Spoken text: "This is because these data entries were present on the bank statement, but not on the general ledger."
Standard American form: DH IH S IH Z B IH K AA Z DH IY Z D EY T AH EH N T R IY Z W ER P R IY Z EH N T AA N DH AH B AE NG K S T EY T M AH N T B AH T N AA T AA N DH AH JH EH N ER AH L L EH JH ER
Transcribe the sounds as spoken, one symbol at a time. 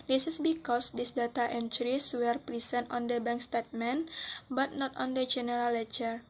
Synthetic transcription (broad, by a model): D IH S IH S B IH K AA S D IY S D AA T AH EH N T R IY S W ER P R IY S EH N T AA N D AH B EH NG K S T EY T M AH N B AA T N AA T AA N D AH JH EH N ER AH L L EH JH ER